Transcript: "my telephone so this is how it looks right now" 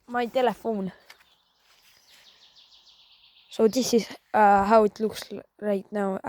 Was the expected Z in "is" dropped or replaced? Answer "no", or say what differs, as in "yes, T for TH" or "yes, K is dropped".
yes, S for Z